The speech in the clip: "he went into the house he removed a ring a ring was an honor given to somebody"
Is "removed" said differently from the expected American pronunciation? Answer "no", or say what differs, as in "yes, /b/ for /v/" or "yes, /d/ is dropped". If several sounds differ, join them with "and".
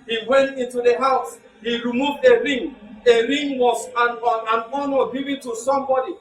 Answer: no